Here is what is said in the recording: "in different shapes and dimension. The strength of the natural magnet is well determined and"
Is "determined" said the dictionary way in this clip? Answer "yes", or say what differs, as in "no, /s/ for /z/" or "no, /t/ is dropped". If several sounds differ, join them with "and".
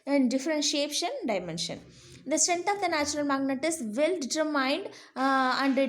no, /m/ is dropped